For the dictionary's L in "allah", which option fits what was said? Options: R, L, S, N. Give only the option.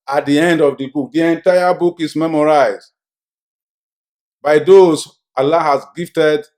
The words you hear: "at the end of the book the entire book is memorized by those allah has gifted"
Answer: L